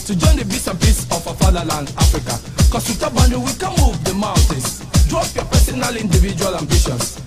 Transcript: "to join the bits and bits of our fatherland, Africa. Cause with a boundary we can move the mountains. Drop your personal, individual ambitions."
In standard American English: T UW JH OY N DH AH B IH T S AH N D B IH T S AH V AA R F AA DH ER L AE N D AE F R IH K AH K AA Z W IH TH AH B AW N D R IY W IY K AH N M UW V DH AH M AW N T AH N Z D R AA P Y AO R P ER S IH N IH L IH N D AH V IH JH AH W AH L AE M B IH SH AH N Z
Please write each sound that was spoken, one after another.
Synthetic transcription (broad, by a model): T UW JH OY N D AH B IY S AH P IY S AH F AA F AA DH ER L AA N D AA F R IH K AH K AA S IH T AH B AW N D IY W IY K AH M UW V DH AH M AW N T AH N S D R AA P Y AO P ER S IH N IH L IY N D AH V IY JH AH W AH L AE M B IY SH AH N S